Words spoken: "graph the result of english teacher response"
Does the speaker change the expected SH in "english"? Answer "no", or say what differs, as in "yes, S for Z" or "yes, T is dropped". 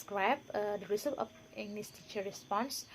yes, S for SH